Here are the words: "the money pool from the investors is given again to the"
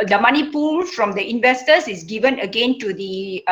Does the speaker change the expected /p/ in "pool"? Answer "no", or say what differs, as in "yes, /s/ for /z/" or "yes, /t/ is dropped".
no